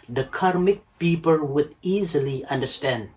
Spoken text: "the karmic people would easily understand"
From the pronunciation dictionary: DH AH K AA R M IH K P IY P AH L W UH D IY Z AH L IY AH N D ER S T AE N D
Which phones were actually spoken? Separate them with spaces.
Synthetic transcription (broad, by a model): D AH K AA R M IH K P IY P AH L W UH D IY Z AH L IY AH N D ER S T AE N D